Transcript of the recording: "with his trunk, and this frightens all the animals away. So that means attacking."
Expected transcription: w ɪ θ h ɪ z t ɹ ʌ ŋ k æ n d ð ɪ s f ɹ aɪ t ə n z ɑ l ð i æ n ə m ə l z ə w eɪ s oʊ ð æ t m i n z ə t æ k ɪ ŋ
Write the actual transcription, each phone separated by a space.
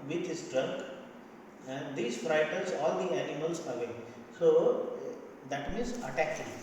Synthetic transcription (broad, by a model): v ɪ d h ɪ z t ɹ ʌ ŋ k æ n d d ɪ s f ɹ aɪ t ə l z ɑ l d i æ n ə m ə l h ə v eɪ s oʊ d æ t m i n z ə t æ k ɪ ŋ